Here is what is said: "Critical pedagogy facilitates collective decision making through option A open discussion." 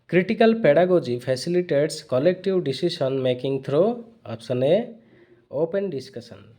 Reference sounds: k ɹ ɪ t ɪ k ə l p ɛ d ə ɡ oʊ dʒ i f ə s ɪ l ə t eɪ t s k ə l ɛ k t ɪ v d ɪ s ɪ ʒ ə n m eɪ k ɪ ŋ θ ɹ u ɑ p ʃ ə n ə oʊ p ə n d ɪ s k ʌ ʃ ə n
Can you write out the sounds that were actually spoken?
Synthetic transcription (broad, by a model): k ɹ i t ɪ k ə l p ɛ d ə ɡ oʊ dʒ i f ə s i l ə t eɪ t s k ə l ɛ k t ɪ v d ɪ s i s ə n m eɪ k ɪ ŋ t ɹ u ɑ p s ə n ə oʊ p ə n d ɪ s k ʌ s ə n